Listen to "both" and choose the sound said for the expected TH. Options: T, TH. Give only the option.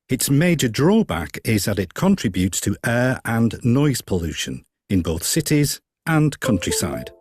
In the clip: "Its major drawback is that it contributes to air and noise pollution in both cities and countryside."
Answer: TH